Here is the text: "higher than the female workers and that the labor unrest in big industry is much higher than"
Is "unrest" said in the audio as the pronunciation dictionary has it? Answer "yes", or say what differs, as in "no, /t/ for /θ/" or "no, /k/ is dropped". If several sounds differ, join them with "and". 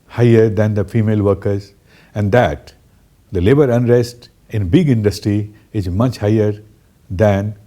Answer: yes